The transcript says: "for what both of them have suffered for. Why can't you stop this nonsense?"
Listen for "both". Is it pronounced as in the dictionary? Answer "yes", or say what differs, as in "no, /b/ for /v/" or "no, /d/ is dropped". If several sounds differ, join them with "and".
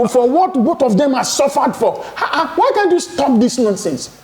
no, /t/ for /θ/